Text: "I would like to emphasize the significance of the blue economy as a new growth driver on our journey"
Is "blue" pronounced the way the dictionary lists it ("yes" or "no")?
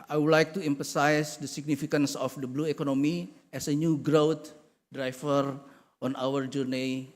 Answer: yes